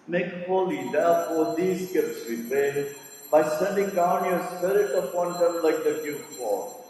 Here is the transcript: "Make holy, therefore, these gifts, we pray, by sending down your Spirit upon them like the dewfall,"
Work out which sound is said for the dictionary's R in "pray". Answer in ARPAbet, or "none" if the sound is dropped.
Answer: none